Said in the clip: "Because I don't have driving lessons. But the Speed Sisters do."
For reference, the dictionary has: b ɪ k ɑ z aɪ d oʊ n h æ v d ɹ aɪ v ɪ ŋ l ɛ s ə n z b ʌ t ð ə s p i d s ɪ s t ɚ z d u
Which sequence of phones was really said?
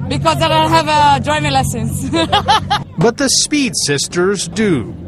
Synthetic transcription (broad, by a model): b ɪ k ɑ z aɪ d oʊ h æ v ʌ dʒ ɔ ɪ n l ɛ s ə n s b ʌ t ð ə s p i d s ɪ s t ɚ z d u